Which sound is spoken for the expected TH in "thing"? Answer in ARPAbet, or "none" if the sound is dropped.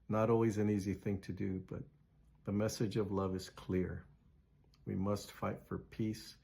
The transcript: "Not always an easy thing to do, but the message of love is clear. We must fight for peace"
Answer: TH